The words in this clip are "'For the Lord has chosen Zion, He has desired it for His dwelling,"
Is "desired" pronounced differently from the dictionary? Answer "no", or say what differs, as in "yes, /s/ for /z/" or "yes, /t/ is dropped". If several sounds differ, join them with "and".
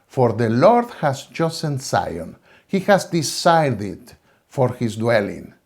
yes, /s/ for /z/